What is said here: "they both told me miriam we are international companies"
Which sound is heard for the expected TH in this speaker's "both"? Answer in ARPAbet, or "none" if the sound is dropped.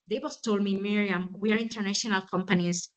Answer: S